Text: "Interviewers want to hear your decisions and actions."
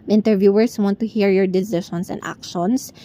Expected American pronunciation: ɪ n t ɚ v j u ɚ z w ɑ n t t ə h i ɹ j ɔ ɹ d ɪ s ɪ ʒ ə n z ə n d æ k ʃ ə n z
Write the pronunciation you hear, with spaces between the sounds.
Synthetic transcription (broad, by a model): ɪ n t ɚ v j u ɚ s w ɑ n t t ə h i ɹ j ɔ ɹ d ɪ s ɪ ʃ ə n s ə n d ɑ k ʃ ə n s